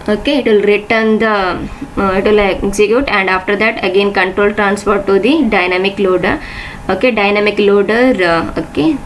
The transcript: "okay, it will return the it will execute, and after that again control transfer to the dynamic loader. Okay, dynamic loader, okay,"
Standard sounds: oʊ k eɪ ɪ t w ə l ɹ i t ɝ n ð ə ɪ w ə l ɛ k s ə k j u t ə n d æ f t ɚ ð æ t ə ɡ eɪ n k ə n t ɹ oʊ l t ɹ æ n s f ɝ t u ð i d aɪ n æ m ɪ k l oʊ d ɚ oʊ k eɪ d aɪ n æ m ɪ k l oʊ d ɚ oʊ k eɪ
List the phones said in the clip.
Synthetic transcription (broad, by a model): oʊ k eɪ ɪ t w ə l ɹ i t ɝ n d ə ɪ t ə l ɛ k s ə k j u t ə n d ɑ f t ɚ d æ t ə ɡ eɪ n k ə n t ɹ oʊ l t ɹ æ n s p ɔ t u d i d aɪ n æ m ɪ k l oʊ d ɚ oʊ k eɪ d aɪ n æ m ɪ k l oʊ d ɚ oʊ k eɪ